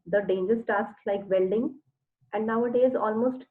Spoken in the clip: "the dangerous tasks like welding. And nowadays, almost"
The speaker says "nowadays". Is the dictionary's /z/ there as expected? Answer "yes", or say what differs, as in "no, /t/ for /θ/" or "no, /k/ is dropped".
yes